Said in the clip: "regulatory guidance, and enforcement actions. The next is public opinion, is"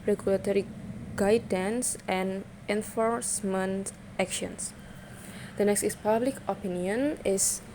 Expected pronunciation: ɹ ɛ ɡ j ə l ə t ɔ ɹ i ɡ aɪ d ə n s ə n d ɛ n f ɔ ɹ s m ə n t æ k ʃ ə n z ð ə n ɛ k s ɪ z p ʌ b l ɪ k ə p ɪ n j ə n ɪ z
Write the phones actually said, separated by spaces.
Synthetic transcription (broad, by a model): ɹ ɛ ɡ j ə l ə t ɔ ɹ i ɡ aɪ d ə n s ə n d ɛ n f ɔ ɹ s m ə n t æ k ʃ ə n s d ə n ɛ k s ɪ s p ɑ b l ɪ k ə p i n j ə n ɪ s